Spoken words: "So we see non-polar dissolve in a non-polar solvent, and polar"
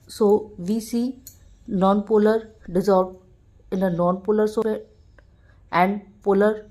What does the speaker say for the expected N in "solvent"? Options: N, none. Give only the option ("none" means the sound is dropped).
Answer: none